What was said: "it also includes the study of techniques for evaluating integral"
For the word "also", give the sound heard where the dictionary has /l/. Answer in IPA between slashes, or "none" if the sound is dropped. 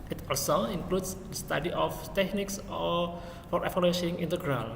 /l/